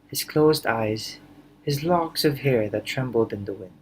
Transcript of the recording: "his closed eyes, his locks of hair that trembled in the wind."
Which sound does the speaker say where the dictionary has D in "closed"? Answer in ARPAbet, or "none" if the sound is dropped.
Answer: D